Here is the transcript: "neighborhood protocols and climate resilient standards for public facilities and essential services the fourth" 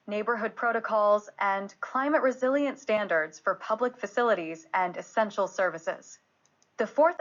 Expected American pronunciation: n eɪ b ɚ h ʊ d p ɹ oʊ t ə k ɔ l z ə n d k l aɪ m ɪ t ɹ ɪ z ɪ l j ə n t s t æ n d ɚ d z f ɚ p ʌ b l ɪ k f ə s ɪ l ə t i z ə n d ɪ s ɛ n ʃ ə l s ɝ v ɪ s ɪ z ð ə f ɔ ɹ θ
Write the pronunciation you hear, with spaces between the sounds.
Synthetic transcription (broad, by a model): n eɪ b ɚ h ʊ d p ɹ oʊ t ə k ɔ l z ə n k l aɪ m ɪ t ɹ ɪ z ɪ l j ə n t s t æ n d ɚ d z f ɚ p ʌ b l ɪ k f ə s ɪ l ə t i z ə n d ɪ s ɛ n ʃ l s ɝ v ɪ s ɪ z ð ə f ɔ ɹ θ